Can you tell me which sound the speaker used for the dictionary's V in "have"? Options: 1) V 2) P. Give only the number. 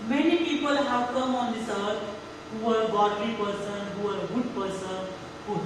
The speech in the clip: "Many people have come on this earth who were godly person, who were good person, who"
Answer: 2